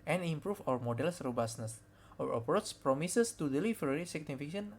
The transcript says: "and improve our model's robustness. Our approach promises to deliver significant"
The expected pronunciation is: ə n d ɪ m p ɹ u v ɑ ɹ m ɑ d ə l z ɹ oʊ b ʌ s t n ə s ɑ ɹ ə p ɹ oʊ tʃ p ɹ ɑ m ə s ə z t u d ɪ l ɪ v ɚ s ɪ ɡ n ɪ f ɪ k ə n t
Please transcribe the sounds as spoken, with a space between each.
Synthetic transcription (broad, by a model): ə n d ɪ m p ɹ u f ɑ ɹ m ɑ d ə l s ɹ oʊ b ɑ s n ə s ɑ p ɹ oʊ s p ɹ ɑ m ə s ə s t u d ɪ l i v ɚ s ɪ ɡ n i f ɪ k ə n